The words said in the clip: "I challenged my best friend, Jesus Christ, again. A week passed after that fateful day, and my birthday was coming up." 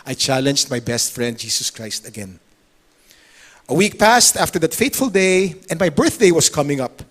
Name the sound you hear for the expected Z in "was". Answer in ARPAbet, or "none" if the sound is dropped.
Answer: S